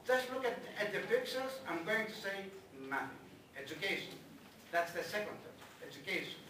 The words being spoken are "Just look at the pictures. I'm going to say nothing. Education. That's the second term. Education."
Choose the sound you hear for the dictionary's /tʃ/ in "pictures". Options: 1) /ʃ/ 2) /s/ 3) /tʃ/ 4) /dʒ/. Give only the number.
2